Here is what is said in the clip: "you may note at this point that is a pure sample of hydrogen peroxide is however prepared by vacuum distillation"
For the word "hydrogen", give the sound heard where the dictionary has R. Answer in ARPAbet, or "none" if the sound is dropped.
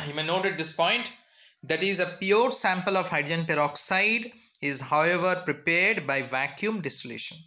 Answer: none